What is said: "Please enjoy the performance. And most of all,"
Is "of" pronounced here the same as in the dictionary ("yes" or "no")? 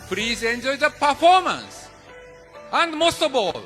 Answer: no